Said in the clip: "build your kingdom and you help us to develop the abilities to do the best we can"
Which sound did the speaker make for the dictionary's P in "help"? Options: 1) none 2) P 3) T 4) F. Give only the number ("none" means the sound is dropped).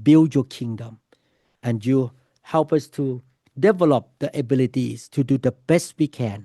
2